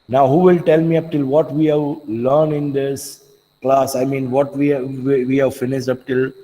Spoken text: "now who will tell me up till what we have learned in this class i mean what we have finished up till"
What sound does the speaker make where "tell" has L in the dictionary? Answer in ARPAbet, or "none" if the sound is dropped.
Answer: L